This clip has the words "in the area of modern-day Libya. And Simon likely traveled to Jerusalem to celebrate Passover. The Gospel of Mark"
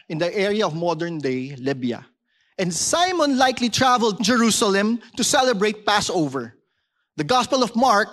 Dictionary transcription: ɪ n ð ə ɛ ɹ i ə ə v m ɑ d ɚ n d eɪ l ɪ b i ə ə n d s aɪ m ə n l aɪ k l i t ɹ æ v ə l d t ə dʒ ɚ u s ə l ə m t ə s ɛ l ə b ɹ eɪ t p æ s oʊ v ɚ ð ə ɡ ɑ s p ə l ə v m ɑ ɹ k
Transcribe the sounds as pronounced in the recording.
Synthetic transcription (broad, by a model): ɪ n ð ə ɛ ɹ i ə ə v m ɑ d ɚ n d eɪ l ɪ b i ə ə n d s aɪ m ə n l aɪ k l i t ɹ æ v ə l d dʒ ɚ u s ə l ə m t ə s ɛ l ə b ɹ eɪ t p æ s oʊ v ɚ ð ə ɡ ɑ s p ə l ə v m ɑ ɹ k